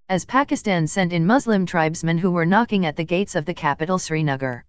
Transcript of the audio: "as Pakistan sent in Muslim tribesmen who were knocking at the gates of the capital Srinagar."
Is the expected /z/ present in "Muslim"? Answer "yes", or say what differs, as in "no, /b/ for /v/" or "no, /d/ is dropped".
yes